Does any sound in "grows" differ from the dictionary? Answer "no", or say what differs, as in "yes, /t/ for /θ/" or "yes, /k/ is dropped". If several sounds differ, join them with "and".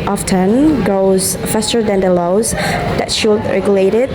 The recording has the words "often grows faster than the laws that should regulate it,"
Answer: yes, /ɹ/ is dropped